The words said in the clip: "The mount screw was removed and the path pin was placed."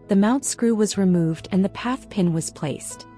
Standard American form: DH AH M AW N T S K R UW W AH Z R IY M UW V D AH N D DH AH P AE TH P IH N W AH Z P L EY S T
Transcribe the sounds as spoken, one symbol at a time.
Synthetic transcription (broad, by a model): DH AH M AW N T S K R UW W AH Z R IY M UW V D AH N DH AH P AE TH P IH N W AH Z P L EY S T